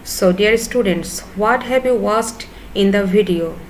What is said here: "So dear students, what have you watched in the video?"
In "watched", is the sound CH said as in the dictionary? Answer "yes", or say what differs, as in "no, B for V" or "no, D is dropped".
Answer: no, S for CH